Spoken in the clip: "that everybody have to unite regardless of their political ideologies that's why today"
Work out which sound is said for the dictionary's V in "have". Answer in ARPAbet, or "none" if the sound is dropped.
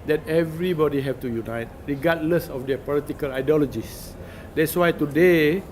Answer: F